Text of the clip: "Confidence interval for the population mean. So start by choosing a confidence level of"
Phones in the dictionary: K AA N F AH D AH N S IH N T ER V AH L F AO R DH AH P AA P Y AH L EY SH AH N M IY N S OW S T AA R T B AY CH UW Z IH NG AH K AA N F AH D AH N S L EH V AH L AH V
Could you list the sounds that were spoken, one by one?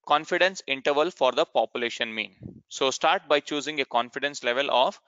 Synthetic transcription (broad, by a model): K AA N F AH D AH N S IH N T ER V AH L F AO R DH AH P AA P Y AH L EY SH AH N M IY N S OW S T AA R T B AY CH UW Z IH NG AH K AA N F AH D AH N S L EH V AH L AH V